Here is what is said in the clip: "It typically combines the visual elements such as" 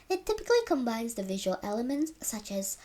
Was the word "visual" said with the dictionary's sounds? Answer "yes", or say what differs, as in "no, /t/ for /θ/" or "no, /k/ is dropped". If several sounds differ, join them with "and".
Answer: yes